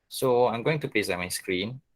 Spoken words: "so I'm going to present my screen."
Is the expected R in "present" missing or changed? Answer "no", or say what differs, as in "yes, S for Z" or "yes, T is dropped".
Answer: yes, L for R